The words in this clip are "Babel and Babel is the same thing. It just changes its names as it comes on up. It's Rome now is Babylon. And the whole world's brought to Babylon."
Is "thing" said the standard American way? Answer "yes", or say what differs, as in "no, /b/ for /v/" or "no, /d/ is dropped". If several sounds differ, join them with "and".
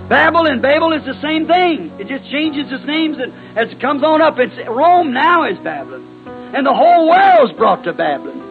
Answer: yes